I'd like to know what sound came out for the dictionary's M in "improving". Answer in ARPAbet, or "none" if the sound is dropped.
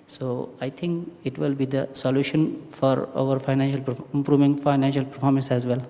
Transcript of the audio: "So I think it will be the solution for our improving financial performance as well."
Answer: M